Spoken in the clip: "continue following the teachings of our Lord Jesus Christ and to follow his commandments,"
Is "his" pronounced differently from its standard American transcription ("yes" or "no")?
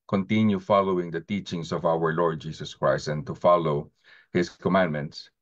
yes